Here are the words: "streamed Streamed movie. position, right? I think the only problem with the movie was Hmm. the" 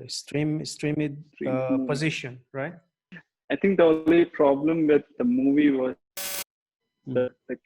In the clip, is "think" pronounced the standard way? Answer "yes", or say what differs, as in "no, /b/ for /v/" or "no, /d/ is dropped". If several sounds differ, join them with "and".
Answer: no, /t/ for /θ/